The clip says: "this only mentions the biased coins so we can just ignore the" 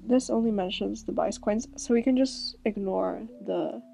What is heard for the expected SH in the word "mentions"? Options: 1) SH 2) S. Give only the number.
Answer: 1